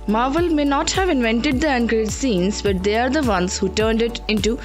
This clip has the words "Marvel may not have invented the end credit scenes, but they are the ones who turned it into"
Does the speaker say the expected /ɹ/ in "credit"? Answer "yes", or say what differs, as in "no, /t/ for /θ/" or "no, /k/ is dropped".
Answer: no, /ɹ/ is dropped